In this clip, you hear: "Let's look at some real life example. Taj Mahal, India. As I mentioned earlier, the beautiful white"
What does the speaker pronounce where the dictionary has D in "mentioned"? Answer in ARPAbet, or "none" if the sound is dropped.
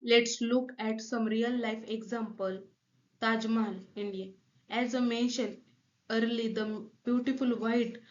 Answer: none